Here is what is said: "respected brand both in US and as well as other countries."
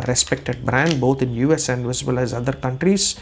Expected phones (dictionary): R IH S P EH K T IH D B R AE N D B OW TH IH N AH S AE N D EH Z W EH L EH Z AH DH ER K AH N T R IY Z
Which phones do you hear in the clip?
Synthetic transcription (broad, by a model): R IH S P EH K T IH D B R AE N D B OW T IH N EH S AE N D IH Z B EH L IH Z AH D ER K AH N T R IY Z